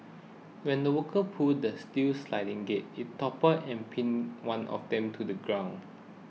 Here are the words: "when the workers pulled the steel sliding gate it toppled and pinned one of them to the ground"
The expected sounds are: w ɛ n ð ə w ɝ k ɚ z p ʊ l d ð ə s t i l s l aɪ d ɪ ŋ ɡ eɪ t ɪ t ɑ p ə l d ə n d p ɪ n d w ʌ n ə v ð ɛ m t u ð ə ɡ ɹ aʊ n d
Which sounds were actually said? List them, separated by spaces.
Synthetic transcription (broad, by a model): w ɛ n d ə w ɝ k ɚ p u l d ə s t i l s l aɪ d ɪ ŋ ɡ eɪ t ɪ t ɑ p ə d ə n p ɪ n w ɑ n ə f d ɛ m t u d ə ɡ ɹ aʊ n